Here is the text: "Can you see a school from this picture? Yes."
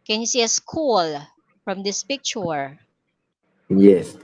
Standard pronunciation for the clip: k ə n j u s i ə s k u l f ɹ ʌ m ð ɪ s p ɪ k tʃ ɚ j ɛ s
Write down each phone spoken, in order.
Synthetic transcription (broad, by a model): k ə n j u s i ə s k u l f ɹ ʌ m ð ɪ s p ɪ k tʃ ɚ j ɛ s